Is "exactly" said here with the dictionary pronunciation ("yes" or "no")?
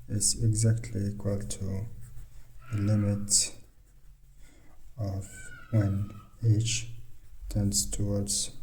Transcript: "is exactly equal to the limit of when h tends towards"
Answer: yes